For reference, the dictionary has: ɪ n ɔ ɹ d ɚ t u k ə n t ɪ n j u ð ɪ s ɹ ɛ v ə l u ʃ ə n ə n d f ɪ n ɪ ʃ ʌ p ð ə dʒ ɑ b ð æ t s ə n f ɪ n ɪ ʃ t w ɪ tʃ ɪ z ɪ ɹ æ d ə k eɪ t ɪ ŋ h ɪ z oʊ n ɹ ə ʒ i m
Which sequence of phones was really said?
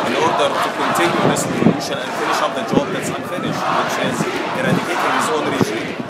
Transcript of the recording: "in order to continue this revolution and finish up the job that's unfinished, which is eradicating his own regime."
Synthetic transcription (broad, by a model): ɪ n ɔ ɹ d ɚ t u k ə n t ɪ n j u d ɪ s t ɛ ə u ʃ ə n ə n f ɪ n ɪ ʃ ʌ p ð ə dʒ ɑ b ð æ t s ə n f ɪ n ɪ ʃ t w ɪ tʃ ɪ z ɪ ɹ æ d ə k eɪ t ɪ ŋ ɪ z oʊ n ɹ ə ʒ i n